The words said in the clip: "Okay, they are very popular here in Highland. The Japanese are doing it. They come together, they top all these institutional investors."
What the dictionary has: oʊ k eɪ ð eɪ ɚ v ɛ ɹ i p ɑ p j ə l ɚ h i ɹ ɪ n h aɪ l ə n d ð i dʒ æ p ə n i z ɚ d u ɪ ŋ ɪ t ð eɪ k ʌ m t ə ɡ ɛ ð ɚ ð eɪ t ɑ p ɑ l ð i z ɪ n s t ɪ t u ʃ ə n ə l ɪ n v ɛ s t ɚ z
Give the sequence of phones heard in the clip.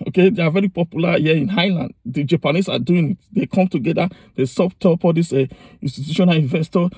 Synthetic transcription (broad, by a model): oʊ k eɪ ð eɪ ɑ v ɛ ɹ i p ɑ p j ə l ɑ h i ɪ n h aɪ l ə n d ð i dʒ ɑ p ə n i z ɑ d u ɪ ŋ ɪ t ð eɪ k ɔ m t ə ɡ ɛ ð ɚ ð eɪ s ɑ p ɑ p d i s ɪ n s t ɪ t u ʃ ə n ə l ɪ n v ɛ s t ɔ